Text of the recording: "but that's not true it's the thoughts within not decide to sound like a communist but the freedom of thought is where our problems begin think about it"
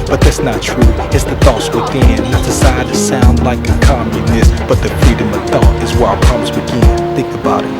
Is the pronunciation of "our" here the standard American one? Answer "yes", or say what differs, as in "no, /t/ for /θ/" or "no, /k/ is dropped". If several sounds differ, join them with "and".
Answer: no, /l/ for /ɹ/